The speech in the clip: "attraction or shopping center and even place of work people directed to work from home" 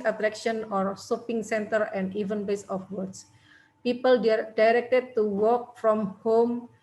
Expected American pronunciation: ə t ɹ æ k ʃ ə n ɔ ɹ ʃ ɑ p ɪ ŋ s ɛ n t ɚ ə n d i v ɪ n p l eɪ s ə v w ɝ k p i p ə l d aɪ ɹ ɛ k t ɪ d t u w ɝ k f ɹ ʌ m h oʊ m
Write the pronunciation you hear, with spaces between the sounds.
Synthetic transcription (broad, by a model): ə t ɹ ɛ k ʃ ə n ɔ ɹ s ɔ p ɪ ŋ s ɛ n t ɚ ə n d i v ɪ n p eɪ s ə f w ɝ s p i p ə l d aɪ ɹ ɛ k t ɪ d t u w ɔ k f ɹ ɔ m h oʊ m